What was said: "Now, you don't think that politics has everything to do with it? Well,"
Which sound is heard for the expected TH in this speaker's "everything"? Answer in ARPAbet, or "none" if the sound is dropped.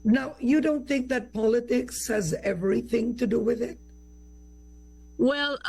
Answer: TH